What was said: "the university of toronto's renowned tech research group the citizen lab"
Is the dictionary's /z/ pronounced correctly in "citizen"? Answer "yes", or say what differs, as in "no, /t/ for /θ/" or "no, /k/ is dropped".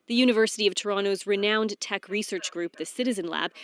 yes